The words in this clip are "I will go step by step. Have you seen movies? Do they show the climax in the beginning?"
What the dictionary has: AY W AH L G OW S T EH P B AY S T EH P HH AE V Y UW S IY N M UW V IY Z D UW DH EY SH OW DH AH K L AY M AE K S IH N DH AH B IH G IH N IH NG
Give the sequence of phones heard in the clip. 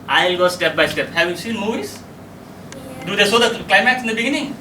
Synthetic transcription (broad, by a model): AY L G OW S T EH P B AY S T EH P HH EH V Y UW S IY N M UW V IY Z D UW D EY S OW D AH K L AY M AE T S IH N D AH B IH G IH N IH NG